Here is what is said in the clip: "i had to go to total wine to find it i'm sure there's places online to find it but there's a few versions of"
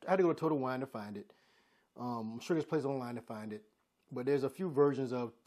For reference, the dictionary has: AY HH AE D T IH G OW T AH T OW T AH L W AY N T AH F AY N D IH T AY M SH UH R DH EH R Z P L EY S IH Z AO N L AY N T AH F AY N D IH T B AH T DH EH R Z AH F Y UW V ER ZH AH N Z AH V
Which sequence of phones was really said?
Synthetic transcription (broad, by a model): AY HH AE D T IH G OW T AH T OW T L W AY N T AH F AY N D IH T AY M SH UH R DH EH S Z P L EY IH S AO N L AY N T AH F AY N D IH T B AH T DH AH R Z AH F Y UW V ER ZH AH N Z AH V